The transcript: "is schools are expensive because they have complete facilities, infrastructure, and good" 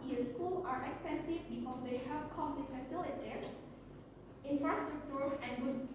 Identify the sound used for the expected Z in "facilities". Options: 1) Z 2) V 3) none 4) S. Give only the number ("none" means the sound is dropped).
3